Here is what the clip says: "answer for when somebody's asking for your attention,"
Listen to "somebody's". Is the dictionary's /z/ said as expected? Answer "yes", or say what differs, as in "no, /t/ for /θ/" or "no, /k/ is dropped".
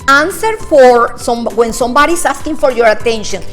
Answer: no, /s/ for /z/